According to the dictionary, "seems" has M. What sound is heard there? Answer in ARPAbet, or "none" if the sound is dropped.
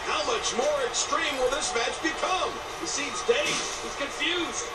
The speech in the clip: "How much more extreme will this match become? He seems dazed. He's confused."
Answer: none